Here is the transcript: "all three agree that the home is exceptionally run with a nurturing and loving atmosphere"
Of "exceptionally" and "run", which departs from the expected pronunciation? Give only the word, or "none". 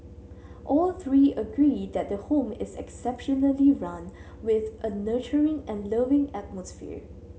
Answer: none